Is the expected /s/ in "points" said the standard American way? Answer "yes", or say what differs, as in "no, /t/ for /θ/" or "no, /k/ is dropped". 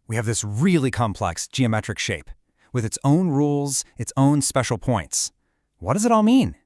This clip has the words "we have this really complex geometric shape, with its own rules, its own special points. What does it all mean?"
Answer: yes